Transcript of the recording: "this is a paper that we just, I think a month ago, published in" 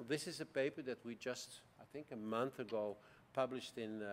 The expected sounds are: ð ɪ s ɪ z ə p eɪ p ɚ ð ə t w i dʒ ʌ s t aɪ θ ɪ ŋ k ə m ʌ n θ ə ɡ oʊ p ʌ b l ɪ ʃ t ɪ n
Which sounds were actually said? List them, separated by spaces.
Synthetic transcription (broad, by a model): ð ɪ s ɪ z ə p eɪ p ɚ ð ə t w i dʒ ʌ s t aɪ θ ɪ ŋ k ə m ʌ n θ ə ɡ oʊ p ʌ b l ɪ ʃ t ɪ n